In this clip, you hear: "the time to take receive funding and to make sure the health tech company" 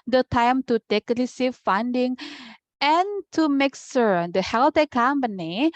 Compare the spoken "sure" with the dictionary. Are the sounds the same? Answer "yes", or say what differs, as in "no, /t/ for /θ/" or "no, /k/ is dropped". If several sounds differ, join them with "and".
no, /s/ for /ʃ/